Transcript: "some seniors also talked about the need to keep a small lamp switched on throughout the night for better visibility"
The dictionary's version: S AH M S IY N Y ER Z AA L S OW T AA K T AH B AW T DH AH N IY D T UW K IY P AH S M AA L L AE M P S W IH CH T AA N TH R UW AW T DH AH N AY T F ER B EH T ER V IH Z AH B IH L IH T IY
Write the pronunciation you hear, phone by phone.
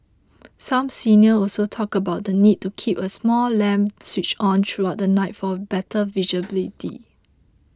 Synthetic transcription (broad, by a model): S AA M S IY N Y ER AA L S OW T AA K AH B AW T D AH N IY D T UW K IY P AH S M AA L L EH M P S W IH CH AA N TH R UW AW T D AH N AY T F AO B EH T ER V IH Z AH B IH L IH T IY